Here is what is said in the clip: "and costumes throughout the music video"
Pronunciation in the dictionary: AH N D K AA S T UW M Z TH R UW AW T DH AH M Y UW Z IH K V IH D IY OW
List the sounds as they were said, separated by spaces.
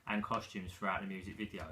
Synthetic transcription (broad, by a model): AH N K AA S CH UW M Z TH R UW AW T DH AH M Y UW Z IH K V IH D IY OW